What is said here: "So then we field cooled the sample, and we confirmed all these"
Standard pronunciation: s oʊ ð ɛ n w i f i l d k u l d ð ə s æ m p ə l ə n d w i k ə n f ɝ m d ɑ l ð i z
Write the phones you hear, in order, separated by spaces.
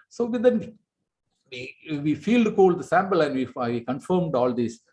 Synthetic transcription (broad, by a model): s oʊ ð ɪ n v i f i l d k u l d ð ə s æ m p ə l ə n d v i k ə n f ɝ m d ɑ l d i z